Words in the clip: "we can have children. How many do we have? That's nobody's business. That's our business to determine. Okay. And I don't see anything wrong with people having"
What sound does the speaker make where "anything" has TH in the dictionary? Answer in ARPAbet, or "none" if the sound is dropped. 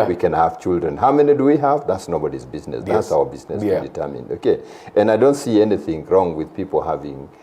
TH